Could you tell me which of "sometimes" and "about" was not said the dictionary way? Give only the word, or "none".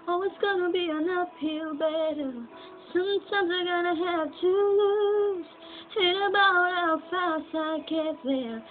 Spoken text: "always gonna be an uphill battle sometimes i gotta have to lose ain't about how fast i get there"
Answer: none